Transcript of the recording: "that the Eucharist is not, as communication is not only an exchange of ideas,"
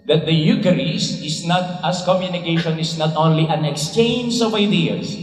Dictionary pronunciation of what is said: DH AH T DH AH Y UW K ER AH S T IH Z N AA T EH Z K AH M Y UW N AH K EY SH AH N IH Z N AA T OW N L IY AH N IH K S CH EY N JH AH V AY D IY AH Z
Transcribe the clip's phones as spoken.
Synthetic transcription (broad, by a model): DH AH T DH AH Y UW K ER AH S IH S N AA T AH S K AH M Y UW N AH K EY SH AH N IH S N AA T OW N L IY AH N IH K S CH EY N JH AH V AY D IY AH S